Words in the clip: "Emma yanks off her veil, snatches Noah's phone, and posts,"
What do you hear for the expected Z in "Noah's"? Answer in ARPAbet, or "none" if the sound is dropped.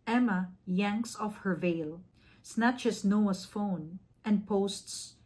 S